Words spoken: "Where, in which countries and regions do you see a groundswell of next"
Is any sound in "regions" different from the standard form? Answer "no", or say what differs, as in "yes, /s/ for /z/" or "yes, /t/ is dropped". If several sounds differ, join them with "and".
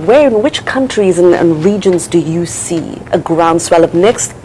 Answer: no